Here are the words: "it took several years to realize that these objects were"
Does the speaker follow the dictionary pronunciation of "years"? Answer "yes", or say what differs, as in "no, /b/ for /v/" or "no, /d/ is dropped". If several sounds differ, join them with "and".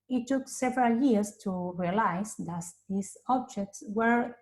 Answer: no, /s/ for /z/